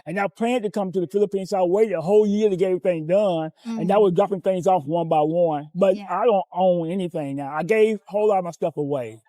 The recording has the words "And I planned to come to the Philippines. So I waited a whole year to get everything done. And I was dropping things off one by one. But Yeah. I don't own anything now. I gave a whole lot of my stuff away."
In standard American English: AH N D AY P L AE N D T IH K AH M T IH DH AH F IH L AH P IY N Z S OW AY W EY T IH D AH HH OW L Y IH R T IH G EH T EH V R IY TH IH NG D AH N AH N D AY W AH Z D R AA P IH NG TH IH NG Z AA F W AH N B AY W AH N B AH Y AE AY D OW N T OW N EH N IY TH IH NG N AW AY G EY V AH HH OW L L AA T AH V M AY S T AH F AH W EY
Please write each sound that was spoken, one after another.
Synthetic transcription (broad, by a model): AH N AY P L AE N T IH K AH M T IH DH AH F IH L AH P IY N S OW AY W EY T IH D AH HH OW L Y IH R T IH G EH EH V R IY TH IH NG D AH N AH N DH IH W AH Z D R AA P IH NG TH IH NG Z AA F W AH N B AY W AH N B AH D AY D OW N T OW N EH N IY TH IH NG N AW AY G EY V HH OW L L AA T AH V M AY S T AH F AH W EY